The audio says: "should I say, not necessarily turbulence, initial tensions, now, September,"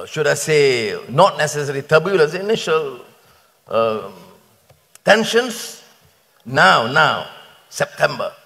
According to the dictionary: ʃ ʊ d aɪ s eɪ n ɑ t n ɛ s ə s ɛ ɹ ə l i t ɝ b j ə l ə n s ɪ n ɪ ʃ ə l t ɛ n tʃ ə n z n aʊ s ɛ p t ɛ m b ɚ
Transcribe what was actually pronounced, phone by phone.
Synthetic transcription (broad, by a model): ʃ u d aɪ s eɪ n ɑ t n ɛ s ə s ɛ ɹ i t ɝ b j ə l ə s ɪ n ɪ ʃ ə l t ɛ n ʃ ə n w n aʊ s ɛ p t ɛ m b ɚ